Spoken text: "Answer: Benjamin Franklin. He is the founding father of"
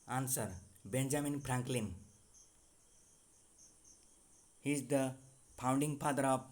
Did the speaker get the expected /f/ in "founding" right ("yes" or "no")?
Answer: no